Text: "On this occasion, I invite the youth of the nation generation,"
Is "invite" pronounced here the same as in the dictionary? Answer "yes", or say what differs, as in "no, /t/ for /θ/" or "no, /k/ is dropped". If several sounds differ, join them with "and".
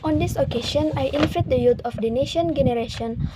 no, /f/ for /v/